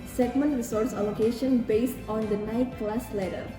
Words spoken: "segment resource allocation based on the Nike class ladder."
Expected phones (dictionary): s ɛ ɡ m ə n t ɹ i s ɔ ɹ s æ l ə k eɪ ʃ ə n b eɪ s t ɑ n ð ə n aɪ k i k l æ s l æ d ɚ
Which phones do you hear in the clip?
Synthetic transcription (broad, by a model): s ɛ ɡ m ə n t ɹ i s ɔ ɹ s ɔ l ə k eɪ ʃ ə n b eɪ s t ɑ n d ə n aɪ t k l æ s l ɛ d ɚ